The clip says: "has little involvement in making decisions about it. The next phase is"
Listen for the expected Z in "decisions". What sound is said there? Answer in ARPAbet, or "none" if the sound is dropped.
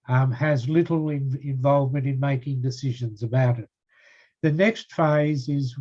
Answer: Z